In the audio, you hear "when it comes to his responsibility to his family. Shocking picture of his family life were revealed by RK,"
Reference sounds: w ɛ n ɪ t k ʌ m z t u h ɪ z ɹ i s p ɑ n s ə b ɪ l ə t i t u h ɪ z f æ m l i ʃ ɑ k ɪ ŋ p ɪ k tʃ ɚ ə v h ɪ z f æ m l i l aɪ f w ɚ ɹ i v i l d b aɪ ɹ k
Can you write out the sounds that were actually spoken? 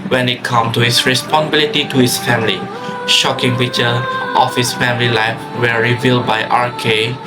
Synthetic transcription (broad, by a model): w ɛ n ɪ t k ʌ m t u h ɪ s ɹ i s p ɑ n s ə b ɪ l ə t i t u h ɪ s f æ m l i ʃ ɑ k ɪ ŋ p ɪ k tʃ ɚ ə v h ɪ s f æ m l i l aɪ f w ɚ ɹ i v i l d b aɪ ɹ k